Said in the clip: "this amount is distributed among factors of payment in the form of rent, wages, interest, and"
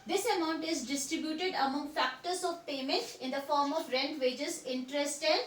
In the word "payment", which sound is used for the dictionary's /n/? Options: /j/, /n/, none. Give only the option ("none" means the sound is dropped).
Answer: /n/